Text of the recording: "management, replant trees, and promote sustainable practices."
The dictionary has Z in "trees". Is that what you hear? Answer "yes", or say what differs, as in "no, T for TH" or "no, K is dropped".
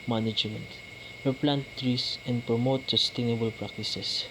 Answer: no, S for Z